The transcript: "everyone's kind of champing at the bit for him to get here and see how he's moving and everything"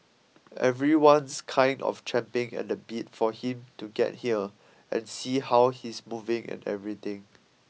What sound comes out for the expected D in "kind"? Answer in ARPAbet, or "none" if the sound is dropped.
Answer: D